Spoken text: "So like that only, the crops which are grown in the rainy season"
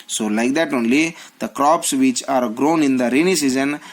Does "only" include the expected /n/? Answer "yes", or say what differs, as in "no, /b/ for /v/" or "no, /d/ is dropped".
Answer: yes